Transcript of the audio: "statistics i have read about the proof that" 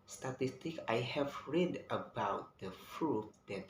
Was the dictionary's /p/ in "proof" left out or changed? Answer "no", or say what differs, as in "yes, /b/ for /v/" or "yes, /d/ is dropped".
yes, /f/ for /p/